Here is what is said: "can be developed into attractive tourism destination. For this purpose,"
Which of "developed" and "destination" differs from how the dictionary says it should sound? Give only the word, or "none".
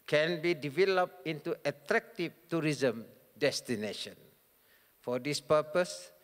none